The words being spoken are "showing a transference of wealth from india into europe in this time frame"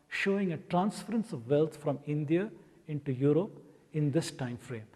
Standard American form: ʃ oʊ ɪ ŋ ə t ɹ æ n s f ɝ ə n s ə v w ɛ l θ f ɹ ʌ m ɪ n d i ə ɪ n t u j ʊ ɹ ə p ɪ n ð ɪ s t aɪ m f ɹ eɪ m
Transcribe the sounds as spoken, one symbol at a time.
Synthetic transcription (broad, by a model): ʃ oʊ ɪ ŋ ə t ɹ æ n s f ɝ ə n s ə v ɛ l t f ɹ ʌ m ɪ n d i ə ɪ n t u j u ɹ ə p ɪ n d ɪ s t aɪ m f ɹ eɪ m